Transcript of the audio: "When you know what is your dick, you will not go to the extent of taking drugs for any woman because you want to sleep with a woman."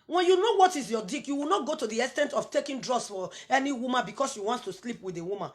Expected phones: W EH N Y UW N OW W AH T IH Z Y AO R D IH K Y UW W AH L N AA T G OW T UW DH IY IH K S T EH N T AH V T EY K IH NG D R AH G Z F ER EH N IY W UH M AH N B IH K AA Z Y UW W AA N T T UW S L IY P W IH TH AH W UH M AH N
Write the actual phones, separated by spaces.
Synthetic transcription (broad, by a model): W EH N Y UW N OW W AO T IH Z Y AO D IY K Y UW W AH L N AA T G OW T UW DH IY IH S T EH N T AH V T EY K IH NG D R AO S F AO EH N IY W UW M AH N B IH K AA S Y UW W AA N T T UW S L IY P W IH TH AH W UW M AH N